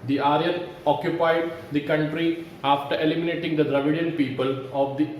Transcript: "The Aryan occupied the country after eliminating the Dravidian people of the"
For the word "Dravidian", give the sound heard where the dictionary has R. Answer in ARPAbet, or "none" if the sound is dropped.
R